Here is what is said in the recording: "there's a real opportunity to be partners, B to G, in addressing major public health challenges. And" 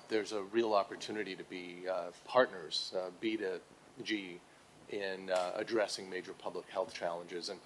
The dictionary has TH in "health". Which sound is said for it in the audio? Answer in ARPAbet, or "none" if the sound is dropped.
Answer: TH